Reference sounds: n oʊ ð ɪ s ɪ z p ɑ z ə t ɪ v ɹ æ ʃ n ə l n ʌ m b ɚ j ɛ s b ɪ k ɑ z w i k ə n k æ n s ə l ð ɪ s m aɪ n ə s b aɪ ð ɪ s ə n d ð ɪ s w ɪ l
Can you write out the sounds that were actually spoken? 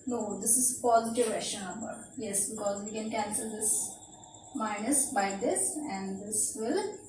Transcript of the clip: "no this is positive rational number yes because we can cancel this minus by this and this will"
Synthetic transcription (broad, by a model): n oʊ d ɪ s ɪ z p ɑ z ə t ɪ v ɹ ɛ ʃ ə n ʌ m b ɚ j ɛ s b ɪ k ɑ z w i k ə n k æ n s ə l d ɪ s m aɪ n ə s b aɪ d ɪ s ə n d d ɪ s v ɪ l